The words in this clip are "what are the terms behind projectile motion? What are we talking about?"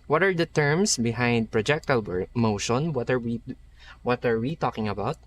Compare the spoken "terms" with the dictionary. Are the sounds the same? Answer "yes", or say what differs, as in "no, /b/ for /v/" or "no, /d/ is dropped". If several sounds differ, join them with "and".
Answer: no, /s/ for /z/